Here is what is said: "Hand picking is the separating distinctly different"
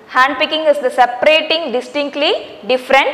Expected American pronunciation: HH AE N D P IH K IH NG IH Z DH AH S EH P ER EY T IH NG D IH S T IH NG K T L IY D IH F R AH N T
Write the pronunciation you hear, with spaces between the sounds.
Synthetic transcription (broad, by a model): HH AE N D P IH K IH NG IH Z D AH S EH P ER EY T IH NG D IH S T IH NG K T L IY D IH F R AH N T